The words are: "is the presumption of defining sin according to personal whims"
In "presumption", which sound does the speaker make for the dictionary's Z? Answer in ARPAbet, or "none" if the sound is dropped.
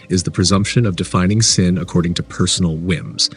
Z